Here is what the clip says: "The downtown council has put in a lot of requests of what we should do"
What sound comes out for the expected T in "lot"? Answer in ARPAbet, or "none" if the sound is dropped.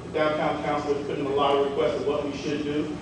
none